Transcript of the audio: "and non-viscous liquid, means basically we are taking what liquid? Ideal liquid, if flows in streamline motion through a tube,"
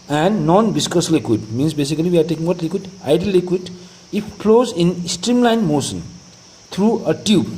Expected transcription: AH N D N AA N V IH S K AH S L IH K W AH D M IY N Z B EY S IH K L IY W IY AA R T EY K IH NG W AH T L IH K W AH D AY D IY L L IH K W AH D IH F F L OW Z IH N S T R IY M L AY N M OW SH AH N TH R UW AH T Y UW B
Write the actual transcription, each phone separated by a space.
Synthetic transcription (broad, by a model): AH N D N AA N B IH S K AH S L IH K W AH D M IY N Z B EY S IH K L IY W IY AA R T EY K IH NG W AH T L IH K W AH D AY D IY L L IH K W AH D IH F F L OW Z IH N S T R IY M L AY N M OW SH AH N T R UW AH T Y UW B